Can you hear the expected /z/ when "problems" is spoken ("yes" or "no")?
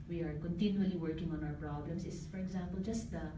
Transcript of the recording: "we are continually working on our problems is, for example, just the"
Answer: no